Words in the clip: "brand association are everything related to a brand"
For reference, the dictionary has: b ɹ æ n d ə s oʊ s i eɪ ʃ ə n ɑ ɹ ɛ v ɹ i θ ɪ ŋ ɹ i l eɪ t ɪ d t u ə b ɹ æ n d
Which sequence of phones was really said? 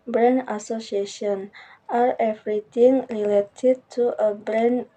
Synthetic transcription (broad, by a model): b ɹ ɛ n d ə s oʊ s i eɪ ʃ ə n ɑ ɹ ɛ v ɹ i t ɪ ŋ ɹ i l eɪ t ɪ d t u ə b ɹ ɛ n